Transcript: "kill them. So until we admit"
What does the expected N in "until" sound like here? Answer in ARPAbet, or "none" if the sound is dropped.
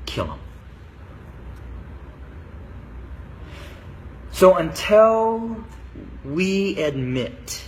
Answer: N